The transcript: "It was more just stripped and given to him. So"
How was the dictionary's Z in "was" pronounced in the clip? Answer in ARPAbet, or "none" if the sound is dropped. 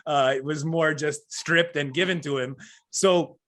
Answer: Z